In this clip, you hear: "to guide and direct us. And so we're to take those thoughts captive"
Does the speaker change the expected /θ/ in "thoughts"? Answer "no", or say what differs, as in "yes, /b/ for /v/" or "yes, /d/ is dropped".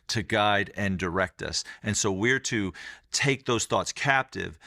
no